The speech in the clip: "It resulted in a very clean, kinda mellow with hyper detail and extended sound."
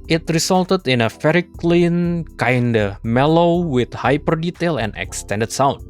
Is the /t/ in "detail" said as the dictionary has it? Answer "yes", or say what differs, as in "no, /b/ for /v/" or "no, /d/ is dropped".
yes